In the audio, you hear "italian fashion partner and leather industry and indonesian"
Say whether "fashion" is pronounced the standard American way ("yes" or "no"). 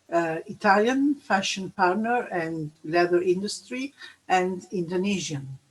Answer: yes